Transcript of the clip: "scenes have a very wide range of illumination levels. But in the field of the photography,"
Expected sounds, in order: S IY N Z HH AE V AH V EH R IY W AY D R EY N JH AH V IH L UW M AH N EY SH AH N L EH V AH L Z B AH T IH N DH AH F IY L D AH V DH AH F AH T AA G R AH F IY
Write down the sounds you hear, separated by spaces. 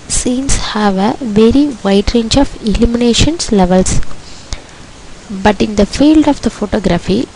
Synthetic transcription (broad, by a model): S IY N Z HH AE V AH V EH R IY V AY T R EY N JH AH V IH L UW M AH N EY SH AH N L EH V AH L S B AH T IH N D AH F IY L D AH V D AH F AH T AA G R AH F IY